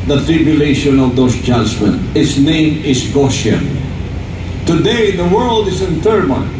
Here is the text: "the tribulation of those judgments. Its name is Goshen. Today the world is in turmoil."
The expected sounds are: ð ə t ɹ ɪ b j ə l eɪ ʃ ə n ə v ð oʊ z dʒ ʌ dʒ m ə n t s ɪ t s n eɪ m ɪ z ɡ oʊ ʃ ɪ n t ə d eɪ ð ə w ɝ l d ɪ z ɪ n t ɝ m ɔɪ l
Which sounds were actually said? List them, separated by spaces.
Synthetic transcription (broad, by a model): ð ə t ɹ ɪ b j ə l eɪ ʃ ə n ə v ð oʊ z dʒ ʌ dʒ m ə n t ɪ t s n eɪ m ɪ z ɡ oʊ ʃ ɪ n t ə d eɪ ð ə w ɝ l d ɪ z ɪ n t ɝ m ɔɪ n